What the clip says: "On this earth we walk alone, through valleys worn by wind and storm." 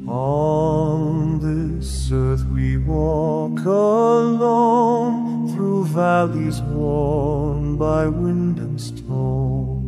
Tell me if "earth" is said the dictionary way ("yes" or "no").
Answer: yes